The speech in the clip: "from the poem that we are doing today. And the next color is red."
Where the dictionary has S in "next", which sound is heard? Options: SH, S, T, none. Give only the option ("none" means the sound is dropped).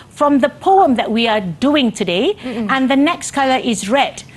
S